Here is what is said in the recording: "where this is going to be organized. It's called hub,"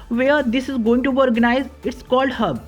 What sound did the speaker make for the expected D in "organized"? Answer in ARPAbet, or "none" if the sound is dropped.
none